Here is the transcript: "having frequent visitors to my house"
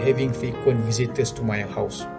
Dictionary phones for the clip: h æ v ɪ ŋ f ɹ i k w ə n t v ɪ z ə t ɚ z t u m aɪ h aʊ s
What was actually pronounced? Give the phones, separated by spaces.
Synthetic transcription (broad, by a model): h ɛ v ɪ ŋ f i k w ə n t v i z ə t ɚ s t u m aɪ h aʊ s